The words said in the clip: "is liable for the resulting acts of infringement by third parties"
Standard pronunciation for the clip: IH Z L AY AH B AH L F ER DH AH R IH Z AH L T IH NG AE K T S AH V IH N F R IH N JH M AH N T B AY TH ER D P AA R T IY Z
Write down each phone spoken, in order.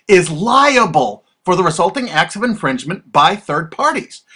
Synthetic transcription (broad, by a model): IH Z L AY AH B AH L F ER DH AH R IH Z AH L T IH NG AE K T S AH V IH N F R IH N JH M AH N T B AY TH ER D P AA R T IY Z